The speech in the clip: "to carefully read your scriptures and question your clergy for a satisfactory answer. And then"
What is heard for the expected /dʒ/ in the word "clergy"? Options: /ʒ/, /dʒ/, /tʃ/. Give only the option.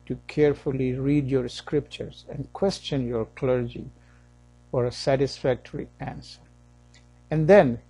/dʒ/